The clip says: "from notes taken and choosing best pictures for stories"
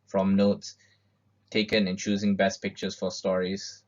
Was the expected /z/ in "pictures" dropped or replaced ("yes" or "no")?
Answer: yes